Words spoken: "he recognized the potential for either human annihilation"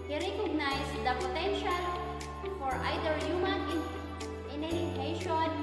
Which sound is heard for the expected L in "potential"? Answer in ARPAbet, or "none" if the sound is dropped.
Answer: L